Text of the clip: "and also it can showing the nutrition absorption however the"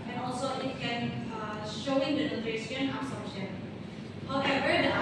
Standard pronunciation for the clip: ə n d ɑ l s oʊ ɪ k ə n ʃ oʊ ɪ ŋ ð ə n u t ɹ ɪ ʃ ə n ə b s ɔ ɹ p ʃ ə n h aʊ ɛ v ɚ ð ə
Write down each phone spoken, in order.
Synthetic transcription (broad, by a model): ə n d ɑ l s oʊ ɪ k ə n ʃ oʊ ɪ ŋ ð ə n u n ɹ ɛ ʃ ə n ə s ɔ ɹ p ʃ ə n h aʊ ɛ v ɚ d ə